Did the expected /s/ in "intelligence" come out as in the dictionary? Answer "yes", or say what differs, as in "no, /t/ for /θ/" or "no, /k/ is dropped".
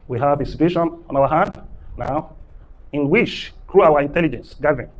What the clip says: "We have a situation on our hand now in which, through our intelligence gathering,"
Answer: yes